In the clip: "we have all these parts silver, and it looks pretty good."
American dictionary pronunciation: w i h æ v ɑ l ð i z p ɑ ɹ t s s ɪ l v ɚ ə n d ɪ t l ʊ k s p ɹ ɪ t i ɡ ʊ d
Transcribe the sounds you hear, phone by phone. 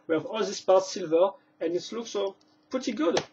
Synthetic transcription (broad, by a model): w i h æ v ɑ l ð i s p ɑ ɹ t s s ɪ l v ɚ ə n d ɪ t l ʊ k s p ɹ ɪ t i ɡ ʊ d